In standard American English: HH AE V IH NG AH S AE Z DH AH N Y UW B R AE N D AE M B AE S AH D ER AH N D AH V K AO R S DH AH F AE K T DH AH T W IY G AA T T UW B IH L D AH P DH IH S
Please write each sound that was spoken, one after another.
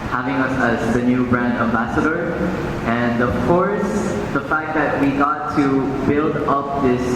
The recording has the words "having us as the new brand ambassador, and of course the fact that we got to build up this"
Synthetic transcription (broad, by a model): HH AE V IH NG AH S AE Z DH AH N Y UW B R AE N D AE M B AE S AH D ER AH N D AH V K AO R S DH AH F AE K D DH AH T W IY G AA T T UW B IH L D AH P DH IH S